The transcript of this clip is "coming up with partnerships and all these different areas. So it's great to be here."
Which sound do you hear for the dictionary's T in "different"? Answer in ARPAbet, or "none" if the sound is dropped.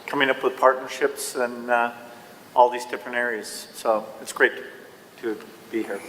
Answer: none